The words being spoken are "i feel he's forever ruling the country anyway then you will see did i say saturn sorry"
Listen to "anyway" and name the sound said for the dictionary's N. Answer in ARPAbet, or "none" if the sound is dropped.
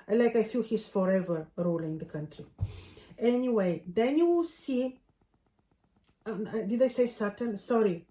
N